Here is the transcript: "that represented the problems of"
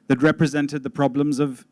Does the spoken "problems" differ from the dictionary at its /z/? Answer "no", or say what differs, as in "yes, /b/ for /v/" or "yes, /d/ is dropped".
no